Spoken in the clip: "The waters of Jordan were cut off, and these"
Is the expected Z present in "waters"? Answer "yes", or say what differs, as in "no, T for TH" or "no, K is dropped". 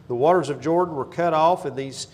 yes